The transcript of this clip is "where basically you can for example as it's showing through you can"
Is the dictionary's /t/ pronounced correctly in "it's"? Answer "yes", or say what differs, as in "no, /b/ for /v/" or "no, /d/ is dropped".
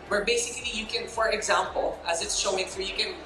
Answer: yes